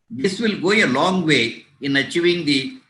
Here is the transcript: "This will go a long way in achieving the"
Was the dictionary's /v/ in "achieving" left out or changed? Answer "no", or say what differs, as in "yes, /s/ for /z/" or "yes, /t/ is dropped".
yes, /v/ is dropped